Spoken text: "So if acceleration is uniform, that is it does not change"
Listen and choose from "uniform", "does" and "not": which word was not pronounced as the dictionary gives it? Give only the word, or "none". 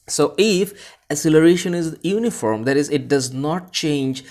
none